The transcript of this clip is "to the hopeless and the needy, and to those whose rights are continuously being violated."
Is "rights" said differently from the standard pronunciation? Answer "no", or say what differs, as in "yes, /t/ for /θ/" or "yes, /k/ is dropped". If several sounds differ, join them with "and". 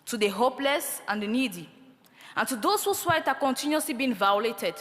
yes, /s/ is dropped